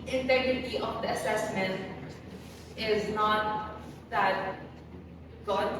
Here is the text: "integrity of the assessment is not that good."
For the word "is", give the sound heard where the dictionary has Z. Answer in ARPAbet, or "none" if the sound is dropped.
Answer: Z